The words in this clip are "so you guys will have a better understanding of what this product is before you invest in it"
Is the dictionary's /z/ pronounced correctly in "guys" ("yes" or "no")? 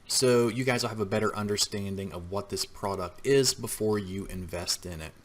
yes